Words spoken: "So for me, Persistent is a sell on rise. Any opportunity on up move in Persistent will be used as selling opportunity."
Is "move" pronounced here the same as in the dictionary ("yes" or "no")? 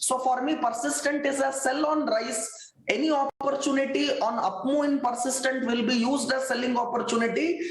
no